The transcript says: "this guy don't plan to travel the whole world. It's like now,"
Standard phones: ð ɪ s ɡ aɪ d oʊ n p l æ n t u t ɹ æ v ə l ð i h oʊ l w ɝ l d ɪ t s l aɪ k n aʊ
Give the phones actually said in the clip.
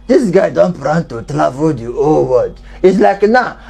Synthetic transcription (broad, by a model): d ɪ s ɡ aɪ d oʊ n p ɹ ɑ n t u t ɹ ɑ v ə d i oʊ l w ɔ d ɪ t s l aɪ k n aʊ